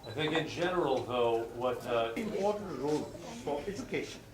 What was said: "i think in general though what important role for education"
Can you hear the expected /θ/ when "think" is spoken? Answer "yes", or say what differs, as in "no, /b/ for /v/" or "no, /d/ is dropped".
yes